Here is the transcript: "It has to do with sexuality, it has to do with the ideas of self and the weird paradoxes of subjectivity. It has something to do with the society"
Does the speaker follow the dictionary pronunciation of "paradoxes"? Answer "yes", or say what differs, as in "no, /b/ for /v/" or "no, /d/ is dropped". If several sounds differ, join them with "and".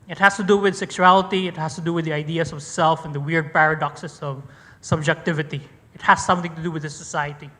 no, /s/ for /z/